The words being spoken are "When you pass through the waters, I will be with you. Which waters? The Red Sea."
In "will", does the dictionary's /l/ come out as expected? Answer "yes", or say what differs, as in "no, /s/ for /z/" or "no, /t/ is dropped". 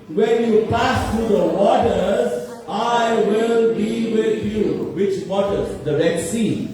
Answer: yes